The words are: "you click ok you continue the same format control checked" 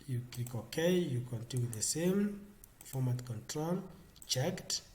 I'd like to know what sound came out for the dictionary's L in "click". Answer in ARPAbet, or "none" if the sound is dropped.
none